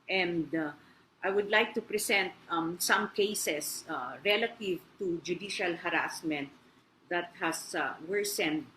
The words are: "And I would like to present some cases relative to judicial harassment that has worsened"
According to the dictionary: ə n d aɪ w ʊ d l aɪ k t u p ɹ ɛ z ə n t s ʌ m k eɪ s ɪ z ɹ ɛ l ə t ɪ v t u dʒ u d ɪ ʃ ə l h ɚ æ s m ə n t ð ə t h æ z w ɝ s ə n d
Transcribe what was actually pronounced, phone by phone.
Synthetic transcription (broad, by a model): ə n d aɪ w ʊ d l aɪ k t u p ɹ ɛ s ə n t s ʌ m k eɪ s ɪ s ɹ ɛ l ə t ɪ v t u dʒ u d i ʃ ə l h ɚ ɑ s m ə n t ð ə t h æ s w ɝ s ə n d